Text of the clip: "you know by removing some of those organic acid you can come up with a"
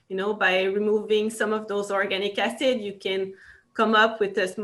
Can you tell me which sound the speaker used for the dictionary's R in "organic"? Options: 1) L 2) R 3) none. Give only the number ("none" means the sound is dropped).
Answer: 2